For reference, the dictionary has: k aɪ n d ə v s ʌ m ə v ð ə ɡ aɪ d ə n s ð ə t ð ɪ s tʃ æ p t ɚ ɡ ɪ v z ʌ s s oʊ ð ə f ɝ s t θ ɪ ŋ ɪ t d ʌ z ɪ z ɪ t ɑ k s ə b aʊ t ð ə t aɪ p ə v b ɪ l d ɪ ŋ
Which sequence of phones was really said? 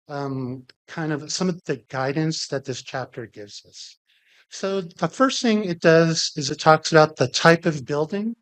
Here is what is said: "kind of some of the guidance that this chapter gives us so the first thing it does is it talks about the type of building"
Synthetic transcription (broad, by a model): k aɪ n d ə v s ʌ m ə v ð ə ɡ aɪ d n s ð ə t ð ɪ s tʃ æ p t ɚ ɡ ɪ v z ʌ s s oʊ ð ə f ɝ s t θ ɪ ŋ ɪ t d ʌ z ɪ z ɪ t ɑ k s ə b aʊ t ð ə t aɪ p ə v b ɪ l d ɪ ŋ